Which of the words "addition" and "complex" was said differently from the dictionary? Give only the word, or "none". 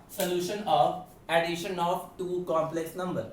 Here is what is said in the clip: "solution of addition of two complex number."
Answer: none